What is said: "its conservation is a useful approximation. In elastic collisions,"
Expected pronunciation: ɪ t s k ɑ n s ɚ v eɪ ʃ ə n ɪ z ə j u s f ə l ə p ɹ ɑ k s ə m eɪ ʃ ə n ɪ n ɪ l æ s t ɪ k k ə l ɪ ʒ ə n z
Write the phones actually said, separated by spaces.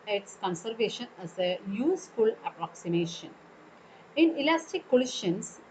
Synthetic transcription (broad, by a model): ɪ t s k ɑ n s ɚ v eɪ ʃ ə n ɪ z ə j u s f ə l ə p ɹ ɑ k s ə m eɪ ʃ ə n ɪ n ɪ l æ s t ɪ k k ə l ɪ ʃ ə n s